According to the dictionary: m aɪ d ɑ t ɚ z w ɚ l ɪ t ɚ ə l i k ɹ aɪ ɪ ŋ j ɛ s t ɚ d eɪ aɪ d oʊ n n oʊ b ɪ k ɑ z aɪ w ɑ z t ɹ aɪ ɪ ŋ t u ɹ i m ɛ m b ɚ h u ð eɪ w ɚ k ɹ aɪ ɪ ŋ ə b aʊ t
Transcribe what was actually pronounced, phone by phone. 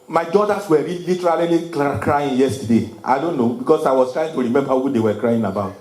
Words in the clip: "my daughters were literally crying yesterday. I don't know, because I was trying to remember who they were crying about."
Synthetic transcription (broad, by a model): m aɪ d ɑ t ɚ s w ɚ l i t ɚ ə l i k ɹ aɪ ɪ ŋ j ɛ s t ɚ d eɪ aɪ d oʊ n n oʊ b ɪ k ɑ s aɪ w ɑ s t ɹ aɪ ɪ ŋ t u ɹ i m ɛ m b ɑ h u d eɪ w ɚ k ɹ aɪ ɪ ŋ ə b aʊ t